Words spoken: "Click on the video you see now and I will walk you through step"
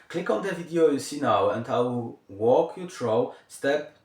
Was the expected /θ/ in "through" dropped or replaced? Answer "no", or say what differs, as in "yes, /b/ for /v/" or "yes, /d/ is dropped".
yes, /t/ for /θ/